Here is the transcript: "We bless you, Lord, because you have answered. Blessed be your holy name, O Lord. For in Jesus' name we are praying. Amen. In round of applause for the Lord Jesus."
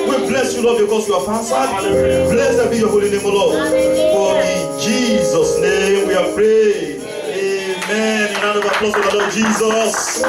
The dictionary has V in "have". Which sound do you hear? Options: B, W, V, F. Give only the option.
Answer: F